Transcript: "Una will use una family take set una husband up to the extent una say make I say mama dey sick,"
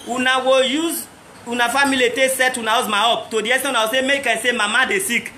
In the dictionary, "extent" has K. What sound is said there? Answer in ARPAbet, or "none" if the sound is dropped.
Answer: none